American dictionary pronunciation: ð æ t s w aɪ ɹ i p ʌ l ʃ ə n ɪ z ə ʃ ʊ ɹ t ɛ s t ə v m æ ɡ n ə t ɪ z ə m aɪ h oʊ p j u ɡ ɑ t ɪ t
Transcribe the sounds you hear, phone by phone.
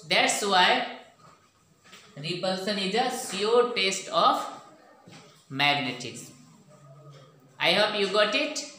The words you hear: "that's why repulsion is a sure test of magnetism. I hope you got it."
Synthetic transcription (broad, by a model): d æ t s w aɪ ɹ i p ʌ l s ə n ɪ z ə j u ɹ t ɛ s t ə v m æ ɡ n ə t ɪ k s aɪ h oʊ p j u ɡ ɑ t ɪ t